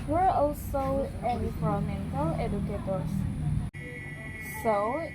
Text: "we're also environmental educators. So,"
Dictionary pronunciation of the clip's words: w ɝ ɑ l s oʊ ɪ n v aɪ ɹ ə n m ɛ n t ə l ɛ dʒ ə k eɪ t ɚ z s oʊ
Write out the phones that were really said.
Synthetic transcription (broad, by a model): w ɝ ɑ l s oʊ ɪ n i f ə m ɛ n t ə l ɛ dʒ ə k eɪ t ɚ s s oʊ